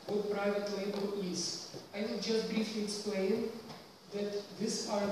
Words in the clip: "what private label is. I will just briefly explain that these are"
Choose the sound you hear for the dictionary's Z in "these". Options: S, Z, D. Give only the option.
S